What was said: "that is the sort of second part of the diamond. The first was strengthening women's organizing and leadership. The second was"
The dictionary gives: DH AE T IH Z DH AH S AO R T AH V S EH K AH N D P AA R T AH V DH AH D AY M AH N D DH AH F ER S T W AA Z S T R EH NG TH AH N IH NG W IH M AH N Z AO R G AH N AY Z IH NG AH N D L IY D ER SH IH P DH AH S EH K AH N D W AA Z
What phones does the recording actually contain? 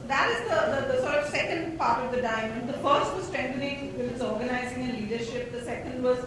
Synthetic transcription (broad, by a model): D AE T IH Z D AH S AO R T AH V S EH K AH N D P AA R T AH V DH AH D AY M AH N D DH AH F ER S T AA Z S T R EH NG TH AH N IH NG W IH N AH Z AO R G AH N AY Z IH NG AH L IY D ER SH IH P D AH S EH K AH N D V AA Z